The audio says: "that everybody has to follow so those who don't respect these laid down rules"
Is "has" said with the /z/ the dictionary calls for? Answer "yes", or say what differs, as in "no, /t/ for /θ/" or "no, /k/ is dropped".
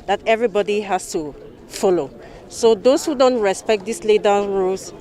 no, /s/ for /z/